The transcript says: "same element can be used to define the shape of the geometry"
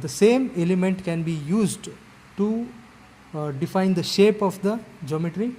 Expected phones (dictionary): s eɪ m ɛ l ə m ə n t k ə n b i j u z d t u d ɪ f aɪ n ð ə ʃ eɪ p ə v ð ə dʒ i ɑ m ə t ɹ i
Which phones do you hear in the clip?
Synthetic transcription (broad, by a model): s eɪ m ɛ l ə m ə n t k ə n b i j u z d t u d ɪ f aɪ n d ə ʃ eɪ p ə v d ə dʒ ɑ m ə t ɹ i